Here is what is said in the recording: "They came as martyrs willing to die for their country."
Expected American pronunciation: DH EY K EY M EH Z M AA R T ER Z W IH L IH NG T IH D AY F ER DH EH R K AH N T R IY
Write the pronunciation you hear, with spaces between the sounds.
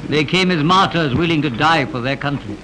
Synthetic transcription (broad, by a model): DH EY K EY M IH Z M AA R T ER Z W IH L IH NG T IH D AY F ER DH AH R K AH N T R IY